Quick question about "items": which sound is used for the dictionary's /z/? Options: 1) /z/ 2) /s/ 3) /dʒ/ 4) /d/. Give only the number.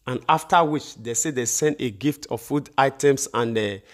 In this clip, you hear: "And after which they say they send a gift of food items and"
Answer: 2